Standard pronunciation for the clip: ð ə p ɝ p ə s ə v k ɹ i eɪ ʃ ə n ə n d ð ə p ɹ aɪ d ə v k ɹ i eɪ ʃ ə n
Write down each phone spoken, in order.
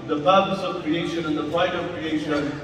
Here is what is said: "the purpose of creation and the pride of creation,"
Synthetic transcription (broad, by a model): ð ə p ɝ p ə s ə v k ɹ i eɪ ʃ ə n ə n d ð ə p aɪ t ə v k ɹ i eɪ ʃ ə n